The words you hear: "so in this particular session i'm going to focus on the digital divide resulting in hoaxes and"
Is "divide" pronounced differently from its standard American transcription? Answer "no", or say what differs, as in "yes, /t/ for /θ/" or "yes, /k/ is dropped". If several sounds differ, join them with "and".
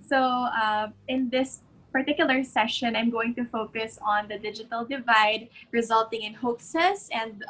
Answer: no